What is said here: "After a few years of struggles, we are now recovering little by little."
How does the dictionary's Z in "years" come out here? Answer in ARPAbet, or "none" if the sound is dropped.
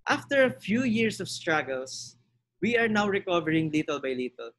S